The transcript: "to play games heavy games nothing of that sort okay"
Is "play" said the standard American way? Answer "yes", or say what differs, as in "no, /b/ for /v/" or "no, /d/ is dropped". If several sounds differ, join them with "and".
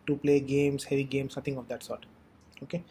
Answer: yes